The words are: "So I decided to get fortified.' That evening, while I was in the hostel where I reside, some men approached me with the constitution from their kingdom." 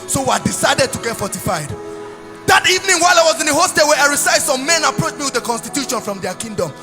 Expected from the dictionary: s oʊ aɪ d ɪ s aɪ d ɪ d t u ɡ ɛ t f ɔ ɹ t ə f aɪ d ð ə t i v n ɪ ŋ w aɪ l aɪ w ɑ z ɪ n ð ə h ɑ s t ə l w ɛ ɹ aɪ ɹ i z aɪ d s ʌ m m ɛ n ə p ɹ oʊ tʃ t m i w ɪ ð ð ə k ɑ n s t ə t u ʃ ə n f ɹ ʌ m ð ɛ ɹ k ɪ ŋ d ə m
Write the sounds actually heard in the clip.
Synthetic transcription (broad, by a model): s oʊ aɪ d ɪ s aɪ d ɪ d t u ɡ ɛ t f ɔ t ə f aɪ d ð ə t i v n ɪ ŋ w aɪ l aɪ w ɑ z ɪ n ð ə h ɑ s t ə w ɛ ɹ aɪ ɹ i s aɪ s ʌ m m ɛ n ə p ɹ oʊ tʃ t m i w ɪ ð ð ə k ɑ n s t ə t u ʃ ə n f ɹ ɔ m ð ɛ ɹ k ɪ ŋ d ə m